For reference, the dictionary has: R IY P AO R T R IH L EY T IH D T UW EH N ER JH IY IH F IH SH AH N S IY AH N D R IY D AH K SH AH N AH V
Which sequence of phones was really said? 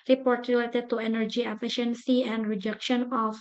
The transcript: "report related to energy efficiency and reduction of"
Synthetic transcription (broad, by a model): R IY P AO R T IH L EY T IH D T UW EH N ER JH IY IH F IH SH AH N S IY AH N D R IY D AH K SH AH N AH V